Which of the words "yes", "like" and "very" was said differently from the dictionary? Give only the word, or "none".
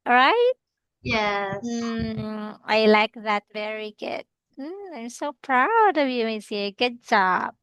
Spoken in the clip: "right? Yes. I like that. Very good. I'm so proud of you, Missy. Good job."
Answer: yes